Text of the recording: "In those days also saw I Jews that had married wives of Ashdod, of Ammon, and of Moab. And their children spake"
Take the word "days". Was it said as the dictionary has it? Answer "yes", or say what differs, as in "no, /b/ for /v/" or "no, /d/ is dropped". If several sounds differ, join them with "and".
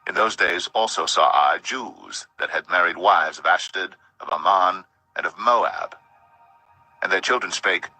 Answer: yes